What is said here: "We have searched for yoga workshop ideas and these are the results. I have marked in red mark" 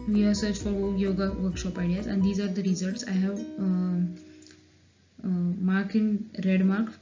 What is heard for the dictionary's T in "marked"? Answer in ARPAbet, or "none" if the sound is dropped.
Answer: none